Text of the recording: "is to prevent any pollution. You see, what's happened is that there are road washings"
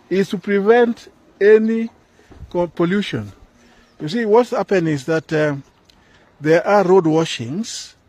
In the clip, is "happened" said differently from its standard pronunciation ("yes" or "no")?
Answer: yes